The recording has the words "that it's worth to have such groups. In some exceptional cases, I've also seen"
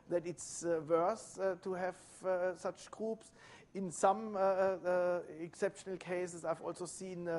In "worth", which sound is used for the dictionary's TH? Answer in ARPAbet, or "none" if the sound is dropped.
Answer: S